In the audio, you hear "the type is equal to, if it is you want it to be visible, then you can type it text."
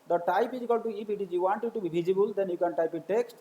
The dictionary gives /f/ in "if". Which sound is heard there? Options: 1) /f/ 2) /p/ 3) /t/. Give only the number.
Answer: 2